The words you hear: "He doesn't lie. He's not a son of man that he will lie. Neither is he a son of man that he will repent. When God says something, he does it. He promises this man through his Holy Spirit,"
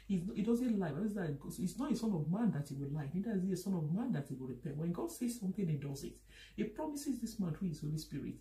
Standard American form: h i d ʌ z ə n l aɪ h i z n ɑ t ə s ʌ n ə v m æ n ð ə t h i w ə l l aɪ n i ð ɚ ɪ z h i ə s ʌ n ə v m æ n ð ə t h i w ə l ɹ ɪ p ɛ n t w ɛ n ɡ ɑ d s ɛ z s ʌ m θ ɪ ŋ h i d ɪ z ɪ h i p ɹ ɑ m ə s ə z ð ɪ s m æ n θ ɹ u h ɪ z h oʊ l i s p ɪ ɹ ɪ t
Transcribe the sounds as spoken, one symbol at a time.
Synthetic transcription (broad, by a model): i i d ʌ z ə n l aɪ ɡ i s n ɑ t ə s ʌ n ə v m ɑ n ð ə t h i w ə l l aɪ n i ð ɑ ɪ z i ə s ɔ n ə v m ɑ n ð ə t h i w ə l ɹ ɪ p ɛ n t w ɛ n ɡ ɑ d s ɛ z s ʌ m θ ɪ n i d ɪ z ɪ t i p ɹ ɑ m ə s ə z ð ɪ s m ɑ n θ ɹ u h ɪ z h oʊ l i s p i ɹ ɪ t